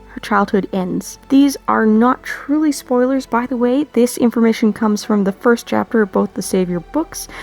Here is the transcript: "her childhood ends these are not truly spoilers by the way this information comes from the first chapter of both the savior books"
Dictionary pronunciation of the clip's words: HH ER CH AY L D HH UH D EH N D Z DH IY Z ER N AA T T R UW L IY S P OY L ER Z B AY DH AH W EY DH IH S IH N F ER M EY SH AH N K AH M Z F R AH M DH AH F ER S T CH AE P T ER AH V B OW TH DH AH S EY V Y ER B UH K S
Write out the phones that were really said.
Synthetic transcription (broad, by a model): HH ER CH AY L D HH UH D EH N D Z DH IY Z ER N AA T T R UW L IY S P OY L ER Z B AY DH AH W EY DH IH S IH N F ER M EY SH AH N K AH M Z F R AH M DH AH F ER S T CH AE P T ER AH V B OW TH DH AH S EY V Y ER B UH K S